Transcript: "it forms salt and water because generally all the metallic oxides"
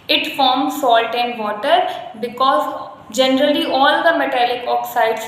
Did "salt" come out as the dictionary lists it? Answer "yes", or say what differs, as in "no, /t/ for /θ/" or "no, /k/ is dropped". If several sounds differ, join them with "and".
yes